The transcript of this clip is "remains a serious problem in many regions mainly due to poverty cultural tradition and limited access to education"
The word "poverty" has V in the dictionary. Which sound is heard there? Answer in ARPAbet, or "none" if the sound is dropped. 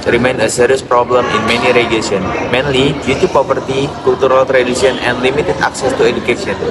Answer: P